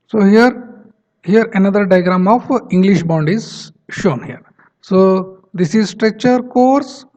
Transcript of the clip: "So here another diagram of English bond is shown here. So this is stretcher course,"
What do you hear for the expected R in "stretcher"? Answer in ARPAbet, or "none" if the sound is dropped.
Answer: R